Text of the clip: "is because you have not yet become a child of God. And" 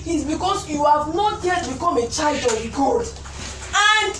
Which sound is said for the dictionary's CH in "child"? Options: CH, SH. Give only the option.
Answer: CH